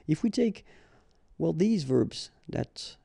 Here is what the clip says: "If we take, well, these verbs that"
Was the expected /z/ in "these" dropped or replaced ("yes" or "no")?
no